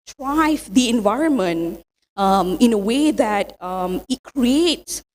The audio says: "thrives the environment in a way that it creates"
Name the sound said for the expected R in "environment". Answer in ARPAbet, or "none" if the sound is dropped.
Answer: R